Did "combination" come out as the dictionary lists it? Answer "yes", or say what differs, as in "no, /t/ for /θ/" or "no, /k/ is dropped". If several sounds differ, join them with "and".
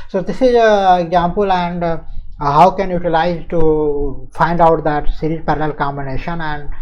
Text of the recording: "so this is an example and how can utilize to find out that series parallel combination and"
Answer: yes